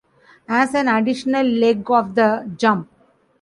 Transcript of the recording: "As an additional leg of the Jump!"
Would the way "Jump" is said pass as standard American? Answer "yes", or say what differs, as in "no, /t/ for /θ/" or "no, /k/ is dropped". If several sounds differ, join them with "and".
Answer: yes